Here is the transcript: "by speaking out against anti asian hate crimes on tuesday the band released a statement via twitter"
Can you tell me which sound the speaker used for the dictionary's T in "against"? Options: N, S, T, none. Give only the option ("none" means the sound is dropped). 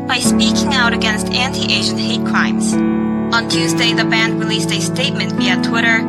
T